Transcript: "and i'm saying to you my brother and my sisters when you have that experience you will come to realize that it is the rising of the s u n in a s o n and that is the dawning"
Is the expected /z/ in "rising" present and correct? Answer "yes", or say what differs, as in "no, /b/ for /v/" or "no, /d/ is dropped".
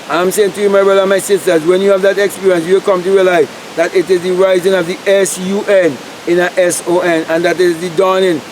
yes